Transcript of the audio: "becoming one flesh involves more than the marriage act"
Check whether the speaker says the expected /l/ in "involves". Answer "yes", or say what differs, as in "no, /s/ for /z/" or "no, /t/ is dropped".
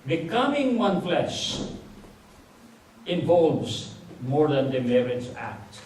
yes